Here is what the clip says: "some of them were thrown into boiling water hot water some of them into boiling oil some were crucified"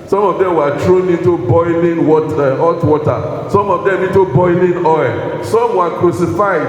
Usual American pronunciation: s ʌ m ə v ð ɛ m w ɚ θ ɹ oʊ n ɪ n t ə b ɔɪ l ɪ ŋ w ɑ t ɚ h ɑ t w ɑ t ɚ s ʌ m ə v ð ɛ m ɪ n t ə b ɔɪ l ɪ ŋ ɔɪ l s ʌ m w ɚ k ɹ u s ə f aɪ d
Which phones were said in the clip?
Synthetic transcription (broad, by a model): s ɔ m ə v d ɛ m w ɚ t ɹ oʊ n ɪ n t ə b ɔɪ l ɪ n w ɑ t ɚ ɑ t w ɑ t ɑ s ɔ m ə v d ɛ m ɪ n t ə b ɔɪ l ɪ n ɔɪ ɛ s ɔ m w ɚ k ɹ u s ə f aɪ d